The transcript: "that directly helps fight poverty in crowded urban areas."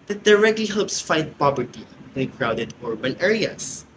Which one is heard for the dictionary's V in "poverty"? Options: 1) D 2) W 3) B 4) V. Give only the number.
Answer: 3